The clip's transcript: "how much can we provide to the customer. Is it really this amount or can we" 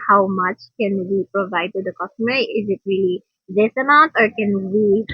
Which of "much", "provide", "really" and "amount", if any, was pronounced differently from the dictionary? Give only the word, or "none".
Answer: amount